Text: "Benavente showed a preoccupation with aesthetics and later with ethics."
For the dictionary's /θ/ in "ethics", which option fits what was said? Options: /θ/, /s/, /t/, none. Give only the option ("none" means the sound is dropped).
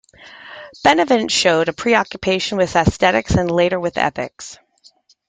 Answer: /θ/